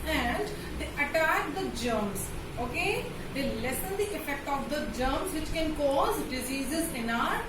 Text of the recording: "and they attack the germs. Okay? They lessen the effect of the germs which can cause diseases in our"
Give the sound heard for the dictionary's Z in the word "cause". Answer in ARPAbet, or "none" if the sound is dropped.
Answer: Z